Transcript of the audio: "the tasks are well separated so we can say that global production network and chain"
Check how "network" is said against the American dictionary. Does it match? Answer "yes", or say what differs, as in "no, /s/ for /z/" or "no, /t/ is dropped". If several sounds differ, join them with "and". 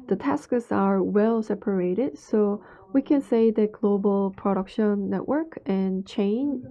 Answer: yes